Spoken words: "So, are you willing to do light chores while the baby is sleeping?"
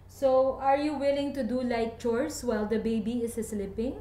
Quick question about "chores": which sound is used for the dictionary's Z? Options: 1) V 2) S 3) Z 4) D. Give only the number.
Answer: 2